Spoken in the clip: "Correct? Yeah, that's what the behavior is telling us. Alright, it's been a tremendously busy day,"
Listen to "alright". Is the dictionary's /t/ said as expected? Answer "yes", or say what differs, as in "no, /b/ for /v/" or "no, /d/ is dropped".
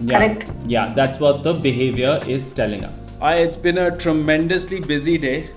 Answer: no, /t/ is dropped